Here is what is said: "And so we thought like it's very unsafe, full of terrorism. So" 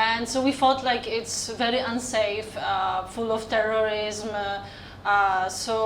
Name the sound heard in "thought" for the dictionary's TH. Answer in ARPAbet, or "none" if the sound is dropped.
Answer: F